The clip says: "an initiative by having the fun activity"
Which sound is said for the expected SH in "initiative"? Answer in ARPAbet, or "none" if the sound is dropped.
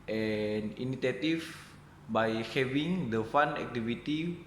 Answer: S